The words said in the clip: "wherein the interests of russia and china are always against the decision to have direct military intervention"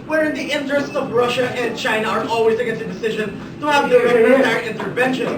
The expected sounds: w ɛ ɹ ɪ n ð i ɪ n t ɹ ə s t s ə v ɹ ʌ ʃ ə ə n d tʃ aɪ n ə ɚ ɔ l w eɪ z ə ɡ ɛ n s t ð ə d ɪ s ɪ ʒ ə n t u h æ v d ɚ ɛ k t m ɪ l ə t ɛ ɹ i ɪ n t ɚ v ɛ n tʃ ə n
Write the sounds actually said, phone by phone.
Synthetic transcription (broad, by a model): w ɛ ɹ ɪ n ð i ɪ n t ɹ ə s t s ə v ɹ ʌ ʃ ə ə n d tʃ aɪ n ə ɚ ɔ l w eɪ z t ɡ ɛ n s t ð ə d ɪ s ɪ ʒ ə n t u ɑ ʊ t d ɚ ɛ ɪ n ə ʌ ɹ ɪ n t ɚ v ɛ n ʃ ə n